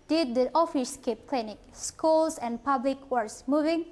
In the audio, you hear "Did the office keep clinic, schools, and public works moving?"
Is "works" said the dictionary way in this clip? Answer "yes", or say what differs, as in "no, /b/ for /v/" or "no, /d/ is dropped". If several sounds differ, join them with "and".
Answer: no, /k/ is dropped